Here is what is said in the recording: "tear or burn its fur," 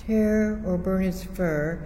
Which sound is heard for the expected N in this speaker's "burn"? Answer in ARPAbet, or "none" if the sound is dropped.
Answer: none